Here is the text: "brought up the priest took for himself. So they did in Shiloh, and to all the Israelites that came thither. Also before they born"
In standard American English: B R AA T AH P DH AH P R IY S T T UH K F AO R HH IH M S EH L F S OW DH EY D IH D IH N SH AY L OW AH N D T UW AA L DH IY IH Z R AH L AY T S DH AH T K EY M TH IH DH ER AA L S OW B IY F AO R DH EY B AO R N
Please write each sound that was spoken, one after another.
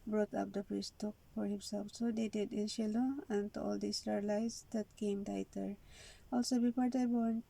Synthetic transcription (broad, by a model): B R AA T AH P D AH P R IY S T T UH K F AO R HH IH M S EH L F S OW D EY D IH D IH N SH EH L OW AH N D T UW AA L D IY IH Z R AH L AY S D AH T K EY M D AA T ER AA L S OW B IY P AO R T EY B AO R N